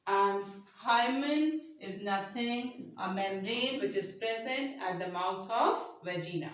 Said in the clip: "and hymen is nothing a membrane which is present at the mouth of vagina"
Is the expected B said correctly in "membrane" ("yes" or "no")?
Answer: no